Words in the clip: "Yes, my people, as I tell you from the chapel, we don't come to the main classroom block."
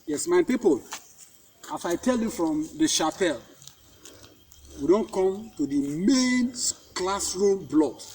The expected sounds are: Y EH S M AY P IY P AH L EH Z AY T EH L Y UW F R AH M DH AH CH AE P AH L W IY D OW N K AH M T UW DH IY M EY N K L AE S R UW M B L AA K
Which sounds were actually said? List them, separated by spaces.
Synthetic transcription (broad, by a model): Y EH S M AY P IY P AH L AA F AY T EH L Y UW F R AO M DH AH SH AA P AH L W IY D OW N K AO M T UW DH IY M EY N K L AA S R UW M B L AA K